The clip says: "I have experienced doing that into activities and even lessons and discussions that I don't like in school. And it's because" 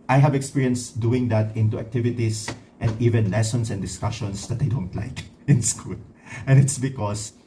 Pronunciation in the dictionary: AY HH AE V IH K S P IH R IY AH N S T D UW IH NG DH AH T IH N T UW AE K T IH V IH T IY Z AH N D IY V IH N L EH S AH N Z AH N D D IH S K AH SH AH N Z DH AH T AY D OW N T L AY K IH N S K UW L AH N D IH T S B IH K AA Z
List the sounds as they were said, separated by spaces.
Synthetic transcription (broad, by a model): AY HH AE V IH K S P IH R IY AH N S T D UW IH NG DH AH T IH N T UW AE K T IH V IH T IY S AH N D IY V IH N L EH S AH N S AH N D D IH S K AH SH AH N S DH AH T AY D OW N T L AY K IH N S K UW L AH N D IH T S B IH K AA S